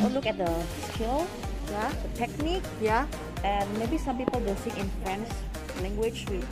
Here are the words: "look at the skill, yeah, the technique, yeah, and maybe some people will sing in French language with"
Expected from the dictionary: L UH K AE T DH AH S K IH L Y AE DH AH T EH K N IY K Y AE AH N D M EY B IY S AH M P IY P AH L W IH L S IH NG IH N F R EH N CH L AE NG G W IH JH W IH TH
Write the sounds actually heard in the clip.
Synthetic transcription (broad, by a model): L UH K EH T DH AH S K IH L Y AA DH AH T EH K N IY K Y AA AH N M EY B IY S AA M P IY P AH L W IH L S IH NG IH N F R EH N S L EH NG G W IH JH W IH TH